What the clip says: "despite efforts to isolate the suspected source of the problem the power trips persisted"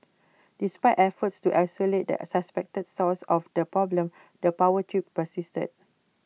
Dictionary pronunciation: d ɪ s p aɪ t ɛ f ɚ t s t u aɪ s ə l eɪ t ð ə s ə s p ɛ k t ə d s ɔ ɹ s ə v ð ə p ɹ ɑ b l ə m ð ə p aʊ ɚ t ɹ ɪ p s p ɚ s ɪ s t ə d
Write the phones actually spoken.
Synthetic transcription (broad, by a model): d ɪ s p aɪ t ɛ f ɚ t s t u aɪ s ə l eɪ t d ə s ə s p ɛ k t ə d s ɔ l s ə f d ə p ɹ ɑ b l ə m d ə p aʊ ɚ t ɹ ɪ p p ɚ s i s t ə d